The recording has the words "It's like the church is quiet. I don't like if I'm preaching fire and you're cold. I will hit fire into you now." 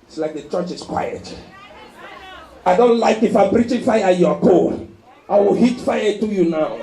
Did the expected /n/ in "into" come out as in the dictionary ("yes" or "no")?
no